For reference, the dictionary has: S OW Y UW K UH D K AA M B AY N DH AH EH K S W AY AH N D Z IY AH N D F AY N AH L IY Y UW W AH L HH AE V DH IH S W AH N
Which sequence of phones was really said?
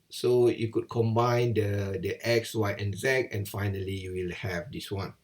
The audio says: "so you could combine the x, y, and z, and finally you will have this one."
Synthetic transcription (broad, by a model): S OW Y UW K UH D K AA M B AY N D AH EH K S W AY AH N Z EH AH N F AY N AH L IY Y UW W AH L HH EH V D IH S W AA N